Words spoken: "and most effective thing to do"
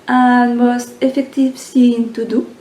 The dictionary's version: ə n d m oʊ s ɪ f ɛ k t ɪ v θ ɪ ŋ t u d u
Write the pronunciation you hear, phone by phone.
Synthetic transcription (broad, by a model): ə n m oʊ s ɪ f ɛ k t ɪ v s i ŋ t u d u